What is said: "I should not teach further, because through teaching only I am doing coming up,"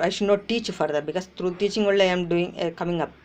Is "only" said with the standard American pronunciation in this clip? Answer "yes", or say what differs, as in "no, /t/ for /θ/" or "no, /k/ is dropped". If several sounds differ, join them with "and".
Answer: no, /n/ is dropped